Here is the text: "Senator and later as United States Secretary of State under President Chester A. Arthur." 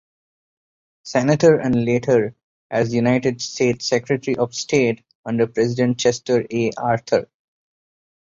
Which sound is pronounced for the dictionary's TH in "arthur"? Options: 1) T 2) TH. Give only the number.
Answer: 1